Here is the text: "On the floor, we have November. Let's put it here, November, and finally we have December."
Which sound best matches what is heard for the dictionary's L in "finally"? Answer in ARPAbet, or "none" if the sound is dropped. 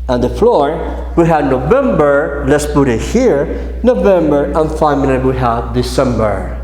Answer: N